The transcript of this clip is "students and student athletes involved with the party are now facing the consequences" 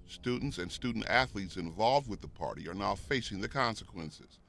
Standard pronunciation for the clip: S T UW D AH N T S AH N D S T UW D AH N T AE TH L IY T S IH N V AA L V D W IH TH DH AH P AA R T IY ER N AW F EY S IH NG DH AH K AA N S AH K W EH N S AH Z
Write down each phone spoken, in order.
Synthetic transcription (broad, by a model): S T UW D N T S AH N S T UW D N T AE TH L IY T S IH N V AA L V D W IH DH AH P AA R T IY ER N AW F EY S IH NG DH AH K AA N S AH K W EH N S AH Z